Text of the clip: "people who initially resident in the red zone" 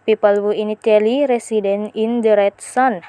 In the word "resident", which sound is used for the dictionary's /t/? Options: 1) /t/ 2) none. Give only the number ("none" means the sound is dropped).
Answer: 2